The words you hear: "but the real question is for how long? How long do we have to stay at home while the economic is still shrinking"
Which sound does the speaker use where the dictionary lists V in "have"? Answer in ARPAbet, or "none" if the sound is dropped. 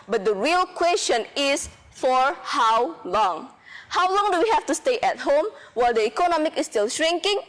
F